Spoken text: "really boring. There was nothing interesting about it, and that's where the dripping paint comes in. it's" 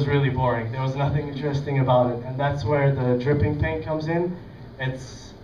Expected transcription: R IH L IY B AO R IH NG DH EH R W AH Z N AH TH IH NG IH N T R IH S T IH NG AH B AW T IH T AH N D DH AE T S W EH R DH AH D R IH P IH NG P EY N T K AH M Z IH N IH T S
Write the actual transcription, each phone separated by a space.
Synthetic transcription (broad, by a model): R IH L IY B AO R IH NG DH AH R W AH Z N AH TH IH NG IH N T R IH S T IH NG AH B AW T IH T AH N DH AE T S W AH R DH AH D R IH P IH NG P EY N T K AH M Z IH N IH T S